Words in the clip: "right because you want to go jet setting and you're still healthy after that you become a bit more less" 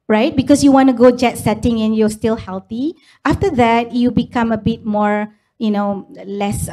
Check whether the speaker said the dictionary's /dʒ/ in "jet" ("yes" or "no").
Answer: yes